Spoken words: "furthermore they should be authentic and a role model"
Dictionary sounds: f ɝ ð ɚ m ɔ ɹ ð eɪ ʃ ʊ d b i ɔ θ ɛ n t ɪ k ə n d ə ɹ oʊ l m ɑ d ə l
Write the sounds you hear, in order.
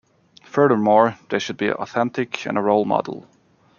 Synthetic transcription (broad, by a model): f ɝ ð ɚ m ɔ ɹ ð eɪ ʃ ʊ d b i ɔ θ ɛ n t ɪ k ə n ə ɹ oʊ l m ɑ d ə l